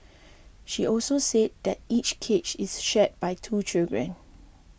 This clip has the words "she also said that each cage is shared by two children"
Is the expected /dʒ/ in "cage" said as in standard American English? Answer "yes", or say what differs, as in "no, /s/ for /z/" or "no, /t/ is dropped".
no, /tʃ/ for /dʒ/